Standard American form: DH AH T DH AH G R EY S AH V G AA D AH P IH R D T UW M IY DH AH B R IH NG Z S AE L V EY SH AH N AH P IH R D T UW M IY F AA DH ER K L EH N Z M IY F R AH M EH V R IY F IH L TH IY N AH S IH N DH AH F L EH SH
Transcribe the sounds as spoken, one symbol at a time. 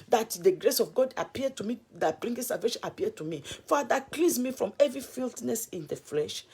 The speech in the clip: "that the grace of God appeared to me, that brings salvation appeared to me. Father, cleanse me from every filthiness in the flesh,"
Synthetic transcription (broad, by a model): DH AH T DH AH G R EY S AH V G AA D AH P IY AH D T UW M IY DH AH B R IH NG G S AE L V EY SH AH N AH P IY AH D T UW M IY F AA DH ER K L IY Z M IY F R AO M EH V R IY F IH L T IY N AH S IH N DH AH F L EH SH